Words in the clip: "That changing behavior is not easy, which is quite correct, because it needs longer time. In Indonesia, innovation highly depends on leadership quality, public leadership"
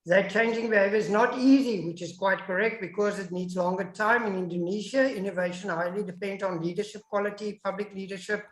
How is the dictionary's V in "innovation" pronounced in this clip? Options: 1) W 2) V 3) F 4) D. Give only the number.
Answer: 2